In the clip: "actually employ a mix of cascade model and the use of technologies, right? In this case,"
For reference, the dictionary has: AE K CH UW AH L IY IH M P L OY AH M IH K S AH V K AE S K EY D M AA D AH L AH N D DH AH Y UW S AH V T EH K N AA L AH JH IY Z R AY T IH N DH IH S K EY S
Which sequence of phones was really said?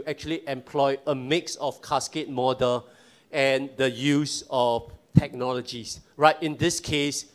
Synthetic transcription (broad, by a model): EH K CH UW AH L IY IH M P L OY AH M IH K S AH F K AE S K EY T M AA D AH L AH N D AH Y UW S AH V T EH K N AA L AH JH IY S R AY T IH N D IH S K EY S